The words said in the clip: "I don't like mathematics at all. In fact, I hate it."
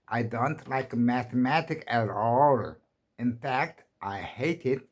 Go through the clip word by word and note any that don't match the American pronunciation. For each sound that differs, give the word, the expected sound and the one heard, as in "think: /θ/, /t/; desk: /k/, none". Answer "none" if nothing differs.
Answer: mathematics: /s/, none